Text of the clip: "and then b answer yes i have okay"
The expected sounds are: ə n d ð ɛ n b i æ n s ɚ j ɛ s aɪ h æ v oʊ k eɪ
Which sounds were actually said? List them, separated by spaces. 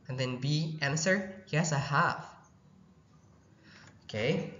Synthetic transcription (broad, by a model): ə n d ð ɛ n b i æ n s ɚ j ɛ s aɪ h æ f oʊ k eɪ